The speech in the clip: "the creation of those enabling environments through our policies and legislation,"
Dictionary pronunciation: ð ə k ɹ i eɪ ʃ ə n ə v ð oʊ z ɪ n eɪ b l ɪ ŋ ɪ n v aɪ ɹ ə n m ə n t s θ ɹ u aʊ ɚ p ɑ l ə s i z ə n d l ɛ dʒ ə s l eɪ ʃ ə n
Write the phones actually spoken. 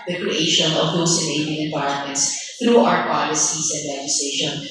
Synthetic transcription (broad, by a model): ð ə k ɹ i eɪ ʃ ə n ə v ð oʊ s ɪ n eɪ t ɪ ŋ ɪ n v aɪ ɹ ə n m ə n t s θ ɹ u aʊ ɚ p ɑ l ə s i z ə n d l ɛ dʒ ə s l eɪ ʃ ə n